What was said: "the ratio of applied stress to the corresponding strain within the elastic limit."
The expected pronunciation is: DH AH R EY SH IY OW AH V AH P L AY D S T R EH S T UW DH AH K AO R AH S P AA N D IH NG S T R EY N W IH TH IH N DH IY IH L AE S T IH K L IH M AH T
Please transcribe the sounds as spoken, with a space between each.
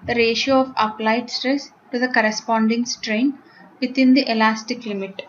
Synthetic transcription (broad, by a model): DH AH R EY SH IY OW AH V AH P L AY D S T R EH S T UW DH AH K AO R AH S P AA N D IH NG S T R EY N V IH T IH N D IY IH L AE S T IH K L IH M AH T